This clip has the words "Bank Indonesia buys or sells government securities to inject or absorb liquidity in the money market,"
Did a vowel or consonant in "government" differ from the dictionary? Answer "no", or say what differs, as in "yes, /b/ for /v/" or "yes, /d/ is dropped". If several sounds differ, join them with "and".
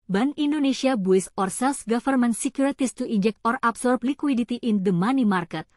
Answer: yes, /f/ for /v/